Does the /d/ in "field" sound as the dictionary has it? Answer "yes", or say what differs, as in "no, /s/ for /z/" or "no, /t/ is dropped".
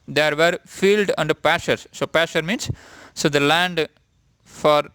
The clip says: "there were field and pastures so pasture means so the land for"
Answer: yes